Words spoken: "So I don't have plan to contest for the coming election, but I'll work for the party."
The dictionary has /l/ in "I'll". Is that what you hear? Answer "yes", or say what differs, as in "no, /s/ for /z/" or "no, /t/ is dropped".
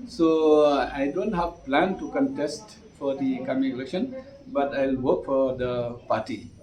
yes